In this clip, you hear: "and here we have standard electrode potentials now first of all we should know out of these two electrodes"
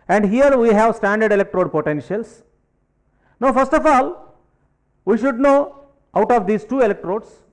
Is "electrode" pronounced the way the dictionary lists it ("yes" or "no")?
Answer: yes